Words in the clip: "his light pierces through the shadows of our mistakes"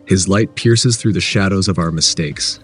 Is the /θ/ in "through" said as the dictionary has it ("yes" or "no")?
yes